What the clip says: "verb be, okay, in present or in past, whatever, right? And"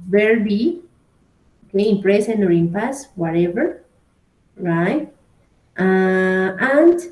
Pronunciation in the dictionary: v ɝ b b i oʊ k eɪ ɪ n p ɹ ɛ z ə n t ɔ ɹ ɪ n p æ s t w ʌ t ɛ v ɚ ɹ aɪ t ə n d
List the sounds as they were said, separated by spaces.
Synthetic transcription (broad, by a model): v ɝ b b i oʊ k eɪ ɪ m p ɹ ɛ s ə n ɔ ɹ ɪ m p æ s w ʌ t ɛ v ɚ ɹ aɪ t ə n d